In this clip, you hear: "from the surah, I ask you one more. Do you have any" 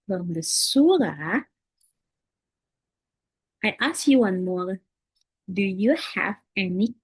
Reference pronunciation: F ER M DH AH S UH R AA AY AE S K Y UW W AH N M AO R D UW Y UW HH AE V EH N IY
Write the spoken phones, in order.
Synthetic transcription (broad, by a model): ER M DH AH S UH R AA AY AE S K Y UW W AH N M AO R D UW Y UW HH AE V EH N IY